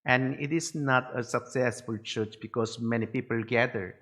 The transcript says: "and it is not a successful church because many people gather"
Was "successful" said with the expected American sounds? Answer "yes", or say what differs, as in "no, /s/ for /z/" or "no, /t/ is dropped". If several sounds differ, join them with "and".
yes